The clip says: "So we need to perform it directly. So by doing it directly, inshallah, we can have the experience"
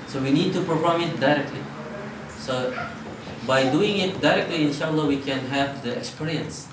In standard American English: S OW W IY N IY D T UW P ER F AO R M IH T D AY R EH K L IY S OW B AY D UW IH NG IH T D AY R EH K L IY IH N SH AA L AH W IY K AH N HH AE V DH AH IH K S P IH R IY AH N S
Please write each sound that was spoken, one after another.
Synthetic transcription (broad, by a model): S OW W IY N IY D T UW P ER F AO R M IH T D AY R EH K L IY S OW B AY D UW IH NG IH T D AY R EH K L IY IH N SH AA L AH W IY K AH N HH AE V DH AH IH K S P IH R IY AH N S